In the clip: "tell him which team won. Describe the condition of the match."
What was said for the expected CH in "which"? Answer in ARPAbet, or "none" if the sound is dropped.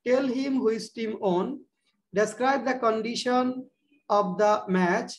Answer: S